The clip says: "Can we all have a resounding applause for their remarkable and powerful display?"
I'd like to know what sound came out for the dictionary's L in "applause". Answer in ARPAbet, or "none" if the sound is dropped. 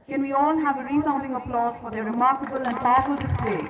L